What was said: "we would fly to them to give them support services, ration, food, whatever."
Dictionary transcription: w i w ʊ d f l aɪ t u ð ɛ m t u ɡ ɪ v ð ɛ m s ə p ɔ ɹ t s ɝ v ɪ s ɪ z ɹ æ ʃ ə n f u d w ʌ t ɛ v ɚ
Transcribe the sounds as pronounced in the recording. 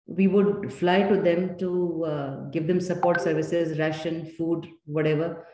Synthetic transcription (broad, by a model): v i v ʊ d f l aɪ t u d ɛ m t u ɡ ɪ v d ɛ m s ə p ɔ ɹ t s ɝ v ɪ s ɪ z ɹ æ ʃ ə n f u d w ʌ t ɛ v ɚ